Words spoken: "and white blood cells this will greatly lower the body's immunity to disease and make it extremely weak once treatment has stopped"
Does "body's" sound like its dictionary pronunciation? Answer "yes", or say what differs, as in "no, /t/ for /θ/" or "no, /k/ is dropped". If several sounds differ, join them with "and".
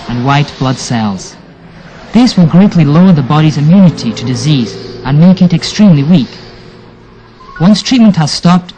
yes